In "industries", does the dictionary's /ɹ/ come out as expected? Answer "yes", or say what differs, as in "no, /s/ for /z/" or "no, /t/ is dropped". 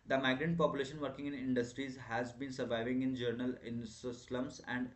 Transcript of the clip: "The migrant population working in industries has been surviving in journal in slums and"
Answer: yes